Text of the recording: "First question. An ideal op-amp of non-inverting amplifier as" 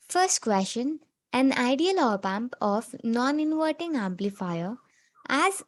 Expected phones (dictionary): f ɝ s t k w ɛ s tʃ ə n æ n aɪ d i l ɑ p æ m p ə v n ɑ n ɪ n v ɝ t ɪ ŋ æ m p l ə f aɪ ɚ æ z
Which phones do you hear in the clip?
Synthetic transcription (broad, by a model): f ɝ s t k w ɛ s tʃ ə n æ n aɪ d i l ɑ p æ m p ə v n ɑ n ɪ n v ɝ t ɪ ŋ æ m p l ə f aɪ ɚ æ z